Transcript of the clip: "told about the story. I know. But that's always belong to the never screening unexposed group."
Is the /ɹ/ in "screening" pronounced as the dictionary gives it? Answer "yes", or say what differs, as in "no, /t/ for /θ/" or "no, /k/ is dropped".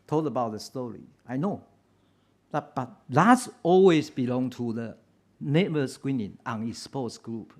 no, /w/ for /ɹ/